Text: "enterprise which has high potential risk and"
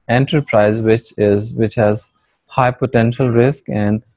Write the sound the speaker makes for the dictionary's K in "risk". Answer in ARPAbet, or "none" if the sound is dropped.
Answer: K